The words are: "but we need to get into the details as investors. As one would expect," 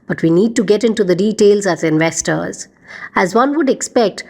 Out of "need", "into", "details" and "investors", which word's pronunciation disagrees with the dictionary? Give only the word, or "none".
none